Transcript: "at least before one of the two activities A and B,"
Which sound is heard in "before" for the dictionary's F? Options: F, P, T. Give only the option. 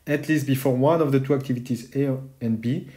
F